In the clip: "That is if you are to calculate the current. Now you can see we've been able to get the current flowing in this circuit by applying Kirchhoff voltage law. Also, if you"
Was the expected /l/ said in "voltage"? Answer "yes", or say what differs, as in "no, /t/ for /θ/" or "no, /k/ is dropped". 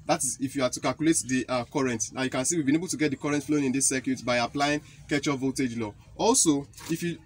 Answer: no, /l/ is dropped